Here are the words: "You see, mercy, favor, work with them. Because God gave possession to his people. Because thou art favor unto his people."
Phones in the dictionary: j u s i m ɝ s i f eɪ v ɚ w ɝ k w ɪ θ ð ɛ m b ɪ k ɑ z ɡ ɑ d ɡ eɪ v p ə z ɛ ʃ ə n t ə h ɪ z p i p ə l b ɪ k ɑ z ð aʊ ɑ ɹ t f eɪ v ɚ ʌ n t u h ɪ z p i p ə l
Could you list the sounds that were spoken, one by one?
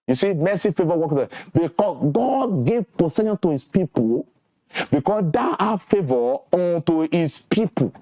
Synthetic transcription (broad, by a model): j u s i m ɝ s i f eɪ v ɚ w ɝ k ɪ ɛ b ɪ k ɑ s ɡ ɑ d ɡ eɪ v p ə s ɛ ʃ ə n t ə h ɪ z p i p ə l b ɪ k ɑ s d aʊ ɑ f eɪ v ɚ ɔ n t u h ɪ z p i p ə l